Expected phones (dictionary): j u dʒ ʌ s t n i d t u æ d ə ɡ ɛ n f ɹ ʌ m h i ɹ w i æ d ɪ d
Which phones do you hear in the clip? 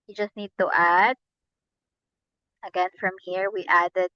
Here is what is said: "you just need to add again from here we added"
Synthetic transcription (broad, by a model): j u dʒ ʌ s t n i d t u æ d ə ɡ ɛ n f ɹ ʌ m h i ɹ w i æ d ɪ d